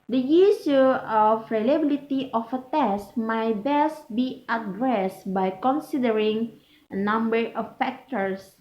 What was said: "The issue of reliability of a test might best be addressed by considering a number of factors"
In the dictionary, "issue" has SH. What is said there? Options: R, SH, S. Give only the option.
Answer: S